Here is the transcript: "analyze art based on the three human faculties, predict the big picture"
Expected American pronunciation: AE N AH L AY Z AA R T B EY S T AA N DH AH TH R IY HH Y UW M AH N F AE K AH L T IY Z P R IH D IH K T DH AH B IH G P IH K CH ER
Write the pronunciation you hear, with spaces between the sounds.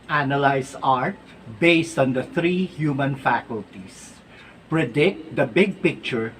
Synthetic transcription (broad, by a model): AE N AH L AY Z AA R T B EY S T AA N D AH T R IY HH Y UW M AH N F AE K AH L T IY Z P R IH D IH K T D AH B IH G P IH K CH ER